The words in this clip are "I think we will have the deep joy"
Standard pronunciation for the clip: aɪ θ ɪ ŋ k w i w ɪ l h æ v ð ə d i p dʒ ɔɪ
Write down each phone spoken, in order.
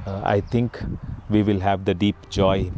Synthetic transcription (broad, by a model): aɪ t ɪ ŋ k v i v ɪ l h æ v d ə d i p dʒ ɔɪ